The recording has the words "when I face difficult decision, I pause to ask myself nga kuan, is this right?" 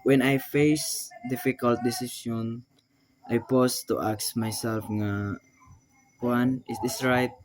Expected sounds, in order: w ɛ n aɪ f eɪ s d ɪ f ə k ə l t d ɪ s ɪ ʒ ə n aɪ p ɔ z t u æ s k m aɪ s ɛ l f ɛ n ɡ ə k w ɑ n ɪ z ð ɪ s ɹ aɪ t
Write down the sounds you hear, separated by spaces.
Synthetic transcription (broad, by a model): w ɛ n aɪ f eɪ s d ɪ f ə k ə l t d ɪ s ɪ s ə n aɪ p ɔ s t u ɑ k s m aɪ s ɛ l f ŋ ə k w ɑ n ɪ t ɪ s ɹ aɪ t